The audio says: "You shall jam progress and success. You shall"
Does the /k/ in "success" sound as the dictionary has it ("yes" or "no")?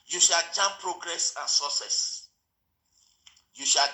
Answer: no